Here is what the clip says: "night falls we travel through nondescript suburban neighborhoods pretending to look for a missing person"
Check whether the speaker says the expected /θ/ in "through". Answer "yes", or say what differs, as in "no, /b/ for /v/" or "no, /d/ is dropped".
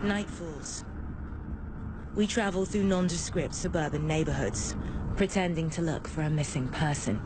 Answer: yes